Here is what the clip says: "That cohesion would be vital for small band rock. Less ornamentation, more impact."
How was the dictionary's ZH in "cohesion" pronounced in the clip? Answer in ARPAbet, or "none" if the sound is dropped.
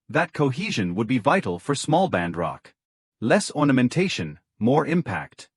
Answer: ZH